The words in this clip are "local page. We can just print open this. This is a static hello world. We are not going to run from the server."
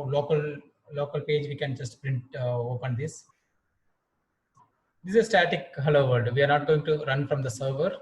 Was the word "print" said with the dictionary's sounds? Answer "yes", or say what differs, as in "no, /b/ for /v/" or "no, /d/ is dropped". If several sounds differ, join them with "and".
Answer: yes